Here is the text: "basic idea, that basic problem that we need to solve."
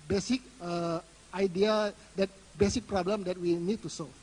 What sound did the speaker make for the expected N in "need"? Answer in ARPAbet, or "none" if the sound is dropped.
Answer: N